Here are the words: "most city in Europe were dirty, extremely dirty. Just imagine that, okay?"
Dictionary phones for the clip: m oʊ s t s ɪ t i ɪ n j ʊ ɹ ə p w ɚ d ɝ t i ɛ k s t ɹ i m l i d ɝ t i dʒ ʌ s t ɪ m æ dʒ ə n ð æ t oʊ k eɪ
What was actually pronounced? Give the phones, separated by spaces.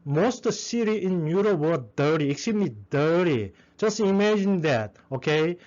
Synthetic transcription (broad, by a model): m oʊ s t s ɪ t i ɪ n j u ɹ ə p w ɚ d ɝ t i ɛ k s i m i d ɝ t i dʒ ʌ s t ɪ m æ dʒ ə n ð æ t oʊ k eɪ